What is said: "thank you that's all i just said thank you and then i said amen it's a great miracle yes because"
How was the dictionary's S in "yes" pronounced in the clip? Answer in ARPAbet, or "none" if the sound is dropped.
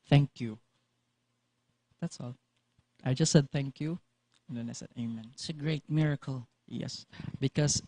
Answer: S